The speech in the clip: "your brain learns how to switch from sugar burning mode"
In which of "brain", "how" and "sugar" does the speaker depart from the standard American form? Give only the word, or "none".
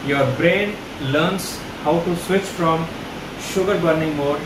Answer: none